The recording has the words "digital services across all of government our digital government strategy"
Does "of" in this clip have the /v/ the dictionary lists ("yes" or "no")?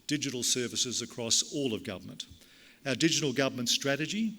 yes